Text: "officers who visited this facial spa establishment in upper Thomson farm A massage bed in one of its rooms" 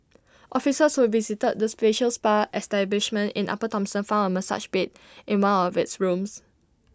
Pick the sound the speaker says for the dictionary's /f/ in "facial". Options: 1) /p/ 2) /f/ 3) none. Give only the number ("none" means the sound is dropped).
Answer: 1